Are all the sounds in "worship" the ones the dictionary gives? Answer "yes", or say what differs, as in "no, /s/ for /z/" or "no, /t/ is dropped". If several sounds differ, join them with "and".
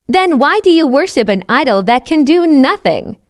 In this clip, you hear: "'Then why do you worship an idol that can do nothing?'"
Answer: yes